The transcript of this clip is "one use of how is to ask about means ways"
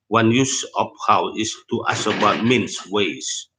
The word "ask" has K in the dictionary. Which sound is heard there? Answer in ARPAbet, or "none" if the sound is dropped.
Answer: none